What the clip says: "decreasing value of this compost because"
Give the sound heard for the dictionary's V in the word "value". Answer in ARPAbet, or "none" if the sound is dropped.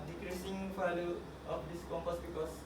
P